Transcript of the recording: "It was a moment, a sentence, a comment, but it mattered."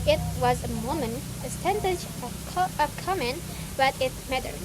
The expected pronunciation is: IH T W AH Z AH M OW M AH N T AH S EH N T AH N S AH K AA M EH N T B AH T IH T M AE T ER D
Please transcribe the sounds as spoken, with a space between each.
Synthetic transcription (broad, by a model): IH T W AH Z AH M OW M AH N AH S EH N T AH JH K AH K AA M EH N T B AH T IH T M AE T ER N